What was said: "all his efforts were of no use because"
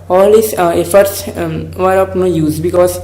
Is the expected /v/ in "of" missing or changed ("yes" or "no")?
yes